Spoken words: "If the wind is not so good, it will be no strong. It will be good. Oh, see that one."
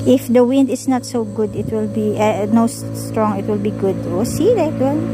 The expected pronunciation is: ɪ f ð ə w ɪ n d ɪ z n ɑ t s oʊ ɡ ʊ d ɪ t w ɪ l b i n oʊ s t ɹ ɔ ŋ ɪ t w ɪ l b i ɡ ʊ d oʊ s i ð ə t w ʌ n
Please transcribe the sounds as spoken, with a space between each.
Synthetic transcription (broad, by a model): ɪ f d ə w ɪ n d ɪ s n ɑ t s oʊ ɡ ʊ d ɪ t w ɪ l b i n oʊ s t ɹ ɔ ŋ ɪ t w ɪ l b i ɡ ʊ d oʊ s i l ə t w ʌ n